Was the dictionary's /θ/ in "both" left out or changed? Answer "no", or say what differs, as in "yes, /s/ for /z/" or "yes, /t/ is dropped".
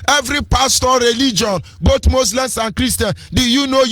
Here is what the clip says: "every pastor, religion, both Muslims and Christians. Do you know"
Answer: yes, /t/ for /θ/